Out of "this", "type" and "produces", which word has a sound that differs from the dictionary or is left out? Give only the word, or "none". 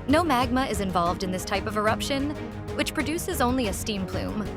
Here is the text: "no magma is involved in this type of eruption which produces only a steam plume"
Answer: none